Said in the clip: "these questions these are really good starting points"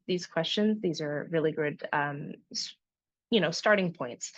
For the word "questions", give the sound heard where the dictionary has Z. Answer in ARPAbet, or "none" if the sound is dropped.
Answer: Z